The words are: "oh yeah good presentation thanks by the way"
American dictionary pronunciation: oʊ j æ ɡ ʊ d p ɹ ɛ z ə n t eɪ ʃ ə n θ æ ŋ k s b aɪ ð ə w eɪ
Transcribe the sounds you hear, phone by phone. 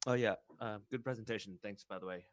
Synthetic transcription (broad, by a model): oʊ j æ ɡ ʊ d p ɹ ɛ z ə n t eɪ ʃ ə n θ æ ŋ k s b aɪ ð ə w eɪ